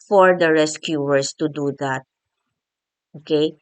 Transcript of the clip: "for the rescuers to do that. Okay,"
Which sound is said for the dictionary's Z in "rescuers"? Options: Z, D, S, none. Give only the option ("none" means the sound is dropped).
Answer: S